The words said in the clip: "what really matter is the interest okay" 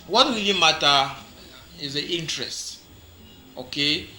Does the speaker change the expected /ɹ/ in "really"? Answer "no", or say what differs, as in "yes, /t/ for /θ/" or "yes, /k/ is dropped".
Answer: yes, /w/ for /ɹ/